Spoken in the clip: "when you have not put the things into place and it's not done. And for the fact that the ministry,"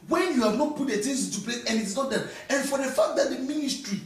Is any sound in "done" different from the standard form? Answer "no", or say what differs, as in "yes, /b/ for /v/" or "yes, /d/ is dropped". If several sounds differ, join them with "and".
yes, /n/ is dropped